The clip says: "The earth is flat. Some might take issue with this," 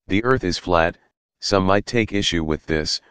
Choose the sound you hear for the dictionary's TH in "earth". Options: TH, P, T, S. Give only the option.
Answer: TH